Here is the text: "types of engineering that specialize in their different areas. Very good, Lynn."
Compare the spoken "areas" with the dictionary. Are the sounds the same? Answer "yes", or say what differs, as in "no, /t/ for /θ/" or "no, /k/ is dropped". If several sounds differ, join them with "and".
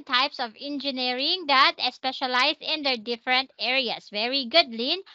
no, /s/ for /z/